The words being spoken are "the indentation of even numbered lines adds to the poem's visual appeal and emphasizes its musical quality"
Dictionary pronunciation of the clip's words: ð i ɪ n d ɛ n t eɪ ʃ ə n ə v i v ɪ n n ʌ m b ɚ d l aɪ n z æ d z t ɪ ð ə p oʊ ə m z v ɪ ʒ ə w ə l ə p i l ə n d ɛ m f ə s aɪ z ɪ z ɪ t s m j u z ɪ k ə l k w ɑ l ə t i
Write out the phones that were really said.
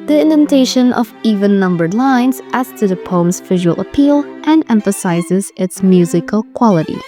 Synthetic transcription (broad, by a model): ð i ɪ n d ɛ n t eɪ ʃ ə n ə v i v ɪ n n ʌ m b ɚ d l aɪ n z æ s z t ɪ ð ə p oʊ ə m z v ɪ ʒ ə w ə l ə p i l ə n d ɛ m f ə s aɪ z ɪ z ɪ t s m j u z ɪ k ə l k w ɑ l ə t i